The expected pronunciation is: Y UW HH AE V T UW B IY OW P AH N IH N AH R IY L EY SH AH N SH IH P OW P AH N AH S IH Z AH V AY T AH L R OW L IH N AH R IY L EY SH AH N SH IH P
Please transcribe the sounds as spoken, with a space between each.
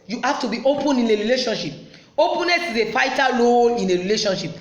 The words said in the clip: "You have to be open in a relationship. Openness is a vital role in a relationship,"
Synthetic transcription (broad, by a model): Y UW HH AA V T UW B IY OW P AH N IH N AH R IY L EY SH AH N SH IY P OW P AH N AH S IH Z AH F AY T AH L OW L IH N AH R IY L EY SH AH N SH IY P